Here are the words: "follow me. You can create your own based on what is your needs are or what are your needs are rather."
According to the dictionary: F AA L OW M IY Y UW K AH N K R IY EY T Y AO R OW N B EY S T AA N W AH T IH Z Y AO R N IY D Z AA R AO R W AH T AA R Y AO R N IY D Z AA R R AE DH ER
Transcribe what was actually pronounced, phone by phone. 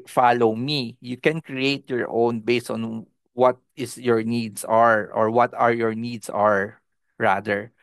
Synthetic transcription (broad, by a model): F AA L OW M IY Y UW K AH N K R IY EY T Y AO R OW N B EY S T AA N W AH T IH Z Y AO R N IY D S AA R AO R W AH T AA R Y AO R N IY D S AA R R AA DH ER